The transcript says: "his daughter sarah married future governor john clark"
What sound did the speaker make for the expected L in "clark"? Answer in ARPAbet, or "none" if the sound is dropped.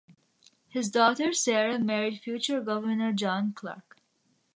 L